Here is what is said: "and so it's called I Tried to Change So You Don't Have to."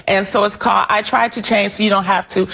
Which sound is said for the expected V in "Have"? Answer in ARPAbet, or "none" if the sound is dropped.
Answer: F